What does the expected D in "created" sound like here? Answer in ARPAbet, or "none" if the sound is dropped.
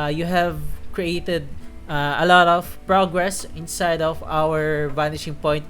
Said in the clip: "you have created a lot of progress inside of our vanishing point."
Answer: D